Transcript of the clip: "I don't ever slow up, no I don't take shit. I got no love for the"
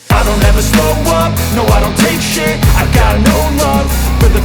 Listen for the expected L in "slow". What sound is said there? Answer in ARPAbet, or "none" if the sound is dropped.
none